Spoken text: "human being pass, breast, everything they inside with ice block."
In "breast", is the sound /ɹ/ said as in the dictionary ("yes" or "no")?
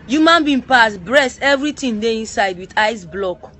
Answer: yes